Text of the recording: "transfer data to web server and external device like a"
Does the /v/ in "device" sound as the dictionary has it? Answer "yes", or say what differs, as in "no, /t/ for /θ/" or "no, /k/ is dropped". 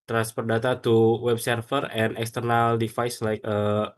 no, /f/ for /v/